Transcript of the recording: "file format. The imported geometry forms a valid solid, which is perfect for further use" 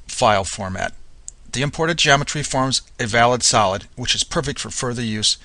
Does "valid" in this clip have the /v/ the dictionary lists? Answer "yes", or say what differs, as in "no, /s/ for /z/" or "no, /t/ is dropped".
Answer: yes